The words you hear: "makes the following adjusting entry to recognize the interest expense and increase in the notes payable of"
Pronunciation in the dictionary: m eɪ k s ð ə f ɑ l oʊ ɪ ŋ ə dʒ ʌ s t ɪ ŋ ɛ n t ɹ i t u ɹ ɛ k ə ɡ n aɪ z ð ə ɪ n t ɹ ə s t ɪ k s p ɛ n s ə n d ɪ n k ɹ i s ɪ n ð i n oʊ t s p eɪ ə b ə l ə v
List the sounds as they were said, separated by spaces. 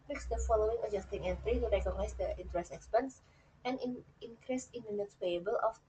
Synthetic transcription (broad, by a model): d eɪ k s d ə f ɑ l oʊ ɪ ŋ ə dʒ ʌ s t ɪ ŋ ɛ n t ɹ i t u ɹ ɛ k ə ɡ n aɪ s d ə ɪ n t ɹ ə s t ɪ k s p ɛ n s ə n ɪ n k ɹ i s ɪ n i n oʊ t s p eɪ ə b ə l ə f